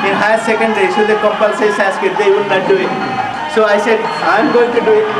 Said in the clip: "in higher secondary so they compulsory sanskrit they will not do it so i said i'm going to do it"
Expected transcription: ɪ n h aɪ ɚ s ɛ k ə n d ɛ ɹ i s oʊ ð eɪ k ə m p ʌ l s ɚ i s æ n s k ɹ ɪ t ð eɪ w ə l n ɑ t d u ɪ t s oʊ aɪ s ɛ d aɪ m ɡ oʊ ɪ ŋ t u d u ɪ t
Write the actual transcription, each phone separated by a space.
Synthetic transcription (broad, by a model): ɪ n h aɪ s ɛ k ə n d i s oʊ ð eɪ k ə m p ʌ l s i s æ s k ɪ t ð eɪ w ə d n ɑ t d u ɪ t s oʊ aɪ s ɛ d aɪ m ɡ oʊ ɪ ŋ t u d u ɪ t